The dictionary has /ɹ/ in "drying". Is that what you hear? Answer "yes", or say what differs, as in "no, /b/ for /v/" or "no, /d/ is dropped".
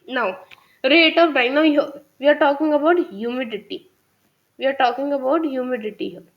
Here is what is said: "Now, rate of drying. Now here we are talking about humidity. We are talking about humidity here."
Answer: no, /ɹ/ is dropped